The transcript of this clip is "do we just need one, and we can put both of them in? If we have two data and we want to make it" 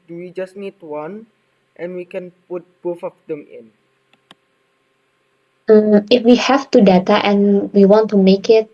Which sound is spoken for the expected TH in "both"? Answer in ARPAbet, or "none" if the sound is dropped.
F